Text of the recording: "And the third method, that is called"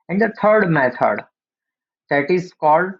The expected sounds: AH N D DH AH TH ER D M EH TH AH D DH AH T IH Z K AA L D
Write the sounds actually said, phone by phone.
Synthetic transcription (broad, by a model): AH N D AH T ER D M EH T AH D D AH T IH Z K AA L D